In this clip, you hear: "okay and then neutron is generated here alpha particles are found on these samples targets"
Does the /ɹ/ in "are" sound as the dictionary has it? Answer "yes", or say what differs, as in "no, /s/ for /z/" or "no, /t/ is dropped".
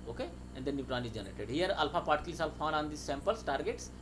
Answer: no, /l/ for /ɹ/